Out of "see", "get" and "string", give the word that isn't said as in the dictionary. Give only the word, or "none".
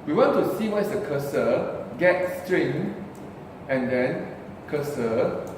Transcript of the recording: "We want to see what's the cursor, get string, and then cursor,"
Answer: none